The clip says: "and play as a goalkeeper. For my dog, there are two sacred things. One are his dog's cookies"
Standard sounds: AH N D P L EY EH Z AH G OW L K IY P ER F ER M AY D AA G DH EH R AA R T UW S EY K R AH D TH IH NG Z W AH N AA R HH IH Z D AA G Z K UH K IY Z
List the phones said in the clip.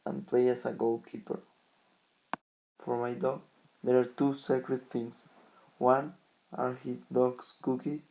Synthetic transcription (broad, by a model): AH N P L EY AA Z AH G OW L K IY P ER F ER M AY D AA G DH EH R AA R T UW S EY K R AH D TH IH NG S W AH N AA R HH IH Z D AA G S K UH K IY